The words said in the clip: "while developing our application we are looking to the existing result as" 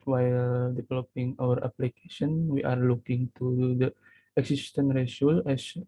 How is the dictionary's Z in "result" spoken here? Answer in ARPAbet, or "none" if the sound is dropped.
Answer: S